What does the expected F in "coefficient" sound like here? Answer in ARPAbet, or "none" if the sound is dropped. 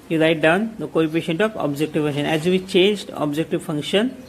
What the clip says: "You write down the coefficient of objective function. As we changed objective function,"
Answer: P